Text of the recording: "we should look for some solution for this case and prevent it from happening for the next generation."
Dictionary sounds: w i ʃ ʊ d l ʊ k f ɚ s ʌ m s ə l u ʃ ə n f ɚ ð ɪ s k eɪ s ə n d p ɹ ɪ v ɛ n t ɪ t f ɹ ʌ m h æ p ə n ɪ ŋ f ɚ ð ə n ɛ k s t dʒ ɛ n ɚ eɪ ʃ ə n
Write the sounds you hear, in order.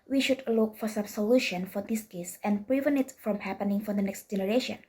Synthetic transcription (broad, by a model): w i ʃ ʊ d l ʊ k f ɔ s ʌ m s ə l u ʃ ə n f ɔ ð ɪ s k eɪ s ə n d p ɹ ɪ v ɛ n ɪ t f ɹ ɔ m h æ p ə n ɪ ŋ f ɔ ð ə n ɛ k s t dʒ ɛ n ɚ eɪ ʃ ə n